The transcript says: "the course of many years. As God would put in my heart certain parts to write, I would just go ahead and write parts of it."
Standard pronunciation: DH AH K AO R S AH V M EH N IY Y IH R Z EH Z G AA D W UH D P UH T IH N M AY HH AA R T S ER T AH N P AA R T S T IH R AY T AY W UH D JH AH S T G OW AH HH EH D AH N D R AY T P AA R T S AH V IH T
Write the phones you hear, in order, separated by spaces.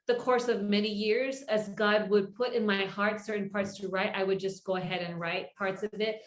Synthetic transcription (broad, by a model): DH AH K AO R S AH V M EH N IY Y IH R Z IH Z G AA D W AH D P UH T IH N M AY HH AA R T S ER T N P AA R T S T IH R AY T AY W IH D JH AH S G OW AH HH EH D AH N R AY T P AA R T S AH V IH T